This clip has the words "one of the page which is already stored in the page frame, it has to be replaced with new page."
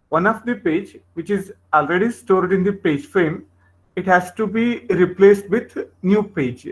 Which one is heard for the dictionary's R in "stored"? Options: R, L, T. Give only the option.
R